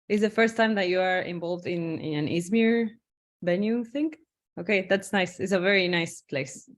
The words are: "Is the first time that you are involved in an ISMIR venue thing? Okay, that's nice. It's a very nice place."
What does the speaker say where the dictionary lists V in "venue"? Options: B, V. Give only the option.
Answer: B